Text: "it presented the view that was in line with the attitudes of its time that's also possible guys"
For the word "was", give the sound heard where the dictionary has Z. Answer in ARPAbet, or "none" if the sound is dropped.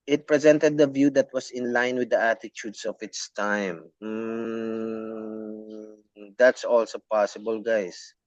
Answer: S